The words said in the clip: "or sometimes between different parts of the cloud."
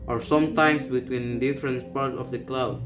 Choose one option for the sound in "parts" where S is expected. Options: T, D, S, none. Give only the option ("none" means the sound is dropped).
none